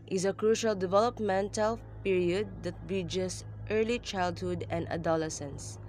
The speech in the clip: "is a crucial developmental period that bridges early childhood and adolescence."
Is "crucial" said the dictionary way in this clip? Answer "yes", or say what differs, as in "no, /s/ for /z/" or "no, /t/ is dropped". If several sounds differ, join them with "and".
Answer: yes